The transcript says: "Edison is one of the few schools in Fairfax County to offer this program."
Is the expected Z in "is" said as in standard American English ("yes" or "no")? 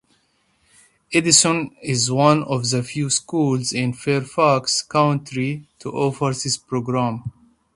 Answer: yes